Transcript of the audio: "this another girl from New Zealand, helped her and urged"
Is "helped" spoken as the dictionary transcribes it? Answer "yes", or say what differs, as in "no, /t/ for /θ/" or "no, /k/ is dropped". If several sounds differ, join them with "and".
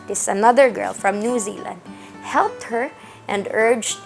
yes